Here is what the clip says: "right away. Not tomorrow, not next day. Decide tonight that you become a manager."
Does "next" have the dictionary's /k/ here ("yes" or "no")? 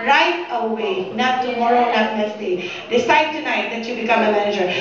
no